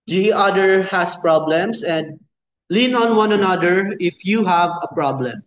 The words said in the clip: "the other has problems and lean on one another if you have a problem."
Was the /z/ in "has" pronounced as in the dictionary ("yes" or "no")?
no